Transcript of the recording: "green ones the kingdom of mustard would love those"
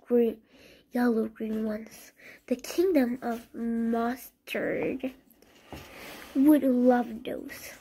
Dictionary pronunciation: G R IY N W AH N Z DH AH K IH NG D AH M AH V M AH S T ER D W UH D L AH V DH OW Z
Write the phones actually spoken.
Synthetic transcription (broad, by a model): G R IY N W AH N Z DH AH K IH NG D AH M AH V M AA S T ER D W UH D L AH V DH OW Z